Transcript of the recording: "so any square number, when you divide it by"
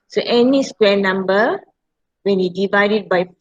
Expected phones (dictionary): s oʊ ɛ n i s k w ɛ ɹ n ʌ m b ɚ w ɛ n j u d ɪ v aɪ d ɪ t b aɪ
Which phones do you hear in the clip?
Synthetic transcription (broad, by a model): s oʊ ɛ n i s k w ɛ n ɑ m b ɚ w ɛ n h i d ɪ v aɪ d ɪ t b aɪ